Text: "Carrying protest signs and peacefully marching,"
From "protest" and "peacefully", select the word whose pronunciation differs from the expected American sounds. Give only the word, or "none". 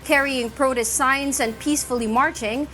none